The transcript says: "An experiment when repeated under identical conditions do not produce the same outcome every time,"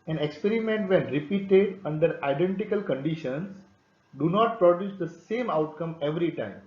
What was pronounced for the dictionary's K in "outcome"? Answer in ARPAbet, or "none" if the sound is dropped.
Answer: K